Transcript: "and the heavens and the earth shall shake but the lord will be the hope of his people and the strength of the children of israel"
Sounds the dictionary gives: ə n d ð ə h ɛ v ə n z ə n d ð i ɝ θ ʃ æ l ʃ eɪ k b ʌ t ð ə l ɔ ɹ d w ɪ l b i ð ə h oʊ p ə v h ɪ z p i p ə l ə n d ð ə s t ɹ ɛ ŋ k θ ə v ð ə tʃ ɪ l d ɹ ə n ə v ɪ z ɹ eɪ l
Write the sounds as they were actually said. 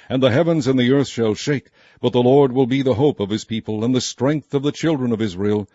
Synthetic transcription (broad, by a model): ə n ð ə h ɛ v ə n z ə n ð i ɝ θ ʃ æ l ʃ eɪ k b ʌ t ð ə l ɔ ɹ d w ɪ l b i ð ə h oʊ p ə v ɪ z p i p ə l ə n ð ə s t ɹ ɛ ŋ k θ ə v ð ə tʃ ɪ l d ɹ ə n ə v ɪ z ɹ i l